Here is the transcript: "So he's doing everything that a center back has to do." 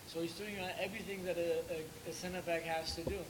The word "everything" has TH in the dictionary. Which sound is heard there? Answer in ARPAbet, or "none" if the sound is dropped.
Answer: TH